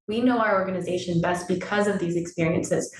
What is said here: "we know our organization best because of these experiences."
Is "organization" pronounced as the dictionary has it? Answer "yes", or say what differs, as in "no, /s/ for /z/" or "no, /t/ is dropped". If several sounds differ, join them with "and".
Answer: yes